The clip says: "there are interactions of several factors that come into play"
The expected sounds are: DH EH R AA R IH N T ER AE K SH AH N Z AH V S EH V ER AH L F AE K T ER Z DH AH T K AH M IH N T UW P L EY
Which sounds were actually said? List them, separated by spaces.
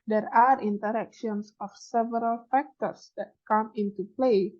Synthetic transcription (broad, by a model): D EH R AA R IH N T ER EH K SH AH N S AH F S EH V ER AH L F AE K T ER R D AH T K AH M IH N T UW P L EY